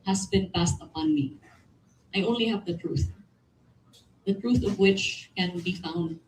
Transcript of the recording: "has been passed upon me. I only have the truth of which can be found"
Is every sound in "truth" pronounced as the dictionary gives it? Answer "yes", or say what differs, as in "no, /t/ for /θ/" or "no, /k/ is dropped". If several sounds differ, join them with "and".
yes